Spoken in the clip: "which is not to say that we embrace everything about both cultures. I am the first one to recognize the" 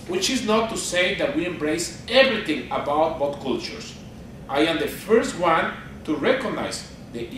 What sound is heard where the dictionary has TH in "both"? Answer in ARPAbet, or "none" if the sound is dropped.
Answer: T